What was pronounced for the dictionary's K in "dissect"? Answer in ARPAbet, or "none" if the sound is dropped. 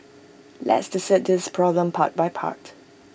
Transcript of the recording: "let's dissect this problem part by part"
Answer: none